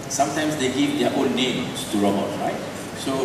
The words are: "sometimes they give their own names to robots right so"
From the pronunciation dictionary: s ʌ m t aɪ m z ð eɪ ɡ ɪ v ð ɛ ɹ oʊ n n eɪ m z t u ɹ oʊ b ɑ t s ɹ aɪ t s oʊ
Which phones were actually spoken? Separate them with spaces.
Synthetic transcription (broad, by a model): s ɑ m t aɪ m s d eɪ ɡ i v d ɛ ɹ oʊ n n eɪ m s t u ɹ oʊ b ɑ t ɹ aɪ t s oʊ